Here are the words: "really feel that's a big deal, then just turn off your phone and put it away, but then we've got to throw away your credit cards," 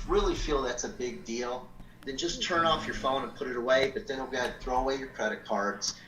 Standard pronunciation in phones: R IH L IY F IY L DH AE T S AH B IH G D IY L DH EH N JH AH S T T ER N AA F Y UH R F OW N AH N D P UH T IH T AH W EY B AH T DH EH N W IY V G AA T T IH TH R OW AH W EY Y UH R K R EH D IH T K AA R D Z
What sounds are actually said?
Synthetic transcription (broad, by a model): R IH L IY F IY L DH AE T S AH B IH G D IY L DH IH N JH AH S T T ER N AA F Y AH R F OW N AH N P UH T IH T AH W EY B AH T DH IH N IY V G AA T T IH TH R OW AH W EY Y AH R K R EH D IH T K AA R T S